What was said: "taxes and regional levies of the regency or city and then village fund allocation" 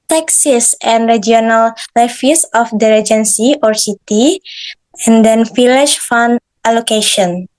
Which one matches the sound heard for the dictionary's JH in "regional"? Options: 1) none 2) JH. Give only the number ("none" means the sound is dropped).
1